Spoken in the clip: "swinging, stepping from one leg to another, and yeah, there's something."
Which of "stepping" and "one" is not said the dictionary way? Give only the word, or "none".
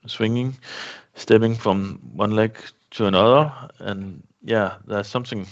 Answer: stepping